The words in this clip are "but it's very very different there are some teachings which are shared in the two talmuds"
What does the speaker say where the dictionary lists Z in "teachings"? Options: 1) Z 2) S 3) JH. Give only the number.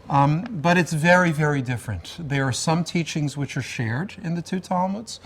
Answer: 1